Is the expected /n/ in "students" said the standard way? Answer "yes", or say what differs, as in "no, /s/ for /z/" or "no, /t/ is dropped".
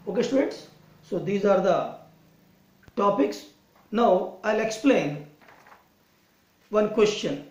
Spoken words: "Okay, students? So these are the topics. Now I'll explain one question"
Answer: no, /n/ is dropped